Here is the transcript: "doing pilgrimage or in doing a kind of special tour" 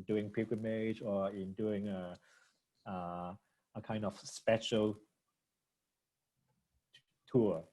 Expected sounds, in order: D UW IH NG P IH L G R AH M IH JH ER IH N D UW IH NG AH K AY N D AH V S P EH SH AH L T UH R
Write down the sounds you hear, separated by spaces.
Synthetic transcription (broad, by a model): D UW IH NG P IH G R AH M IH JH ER IH N D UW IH NG AH K AY N D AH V S P EH SH AH L T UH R